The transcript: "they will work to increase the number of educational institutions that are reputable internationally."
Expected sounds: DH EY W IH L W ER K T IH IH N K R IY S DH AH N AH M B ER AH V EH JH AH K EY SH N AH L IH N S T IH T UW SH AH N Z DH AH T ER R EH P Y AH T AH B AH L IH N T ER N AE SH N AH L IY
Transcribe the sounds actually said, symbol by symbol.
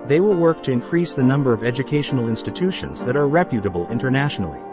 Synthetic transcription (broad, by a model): DH EY W IH L W ER K T IH IH N K R IY S DH AH N AH M B ER AH V EH JH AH K EY SH N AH L IH N S T IH T UW SH AH N Z DH AH T ER R EH P Y AH T AH B AH L IH N T ER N AE SH N L IY